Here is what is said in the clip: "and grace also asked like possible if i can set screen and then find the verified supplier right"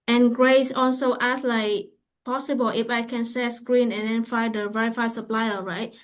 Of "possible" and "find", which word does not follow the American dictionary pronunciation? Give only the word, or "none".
find